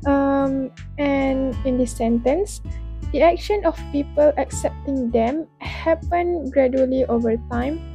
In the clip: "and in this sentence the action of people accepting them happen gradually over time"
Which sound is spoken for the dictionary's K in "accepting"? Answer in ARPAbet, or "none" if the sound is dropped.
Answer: K